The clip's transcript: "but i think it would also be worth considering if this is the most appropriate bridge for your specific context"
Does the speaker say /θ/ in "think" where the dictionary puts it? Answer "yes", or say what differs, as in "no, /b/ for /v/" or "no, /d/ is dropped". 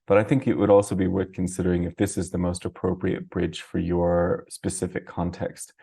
yes